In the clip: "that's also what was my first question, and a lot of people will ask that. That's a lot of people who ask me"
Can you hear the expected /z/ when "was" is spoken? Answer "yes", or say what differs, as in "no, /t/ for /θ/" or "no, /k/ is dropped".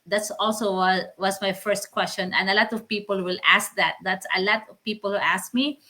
no, /s/ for /z/